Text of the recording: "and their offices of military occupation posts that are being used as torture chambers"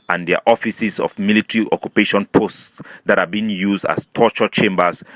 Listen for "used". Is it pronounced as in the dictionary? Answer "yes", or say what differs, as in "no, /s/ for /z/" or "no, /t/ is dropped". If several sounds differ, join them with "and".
yes